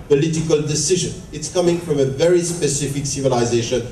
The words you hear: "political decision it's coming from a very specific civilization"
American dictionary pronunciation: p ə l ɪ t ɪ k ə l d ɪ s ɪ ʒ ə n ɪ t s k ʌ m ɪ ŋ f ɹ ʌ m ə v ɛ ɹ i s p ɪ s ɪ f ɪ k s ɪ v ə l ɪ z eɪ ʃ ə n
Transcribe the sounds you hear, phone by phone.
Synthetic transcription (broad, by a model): p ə l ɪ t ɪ k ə l d ɪ s ɪ ʒ ə n ɪ t s k ʌ m ɪ ŋ f ɹ ʌ m ə v ɛ ɹ i s p ɪ s ɪ f ɪ k s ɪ v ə l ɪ z eɪ ʃ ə n